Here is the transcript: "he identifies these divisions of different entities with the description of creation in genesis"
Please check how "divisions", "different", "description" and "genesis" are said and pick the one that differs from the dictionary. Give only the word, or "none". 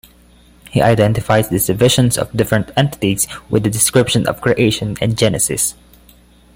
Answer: divisions